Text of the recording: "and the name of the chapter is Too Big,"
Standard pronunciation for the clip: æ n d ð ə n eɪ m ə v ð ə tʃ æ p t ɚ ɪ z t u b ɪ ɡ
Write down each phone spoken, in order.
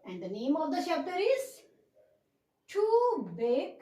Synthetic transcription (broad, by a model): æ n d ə n eɪ m ə v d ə ʃ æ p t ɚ ɪ z t u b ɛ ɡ